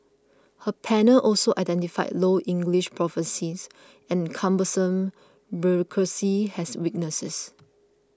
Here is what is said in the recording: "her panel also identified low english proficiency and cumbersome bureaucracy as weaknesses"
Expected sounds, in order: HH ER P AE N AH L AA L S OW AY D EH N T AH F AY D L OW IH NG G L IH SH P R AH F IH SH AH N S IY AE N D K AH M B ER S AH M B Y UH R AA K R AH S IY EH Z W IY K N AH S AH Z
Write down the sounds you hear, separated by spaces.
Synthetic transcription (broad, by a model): HH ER P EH N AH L AA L S OW AY D EH N T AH F AY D L OW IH NG G L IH SH P R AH F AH S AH S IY N K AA M B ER S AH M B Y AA K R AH S IY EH S W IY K N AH S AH S